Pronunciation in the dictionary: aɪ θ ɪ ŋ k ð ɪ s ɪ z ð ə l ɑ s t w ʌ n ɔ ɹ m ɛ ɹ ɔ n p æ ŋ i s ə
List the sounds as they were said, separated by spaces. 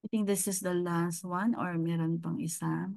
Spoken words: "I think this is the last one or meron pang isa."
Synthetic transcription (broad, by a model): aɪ t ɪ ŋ k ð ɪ s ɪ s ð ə l ɑ s t w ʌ n ɔ ɹ m ɛ ɹ ɔ n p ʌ ŋ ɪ s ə